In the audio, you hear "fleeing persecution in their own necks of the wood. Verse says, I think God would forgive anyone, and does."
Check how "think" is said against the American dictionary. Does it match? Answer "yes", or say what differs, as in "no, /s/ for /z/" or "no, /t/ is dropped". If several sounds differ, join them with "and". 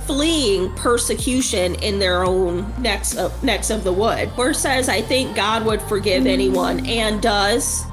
yes